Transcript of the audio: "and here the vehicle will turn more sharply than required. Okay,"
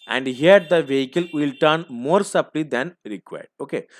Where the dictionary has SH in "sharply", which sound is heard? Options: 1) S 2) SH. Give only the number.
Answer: 1